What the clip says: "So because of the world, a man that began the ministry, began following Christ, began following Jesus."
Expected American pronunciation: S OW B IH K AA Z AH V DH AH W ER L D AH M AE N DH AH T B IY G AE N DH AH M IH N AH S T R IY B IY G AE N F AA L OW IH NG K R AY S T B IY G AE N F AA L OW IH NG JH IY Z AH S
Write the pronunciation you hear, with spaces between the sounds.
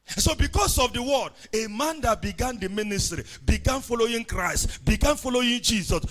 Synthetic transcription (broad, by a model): S OW B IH K AA S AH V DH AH W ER D AH M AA N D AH T B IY G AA N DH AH M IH N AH S T R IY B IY G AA N F AA L OW IH NG K R AY S T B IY G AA N F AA L OW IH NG JH IY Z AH S